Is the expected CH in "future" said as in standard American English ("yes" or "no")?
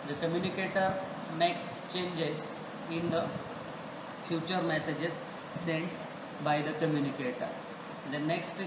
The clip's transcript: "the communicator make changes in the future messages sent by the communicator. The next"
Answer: yes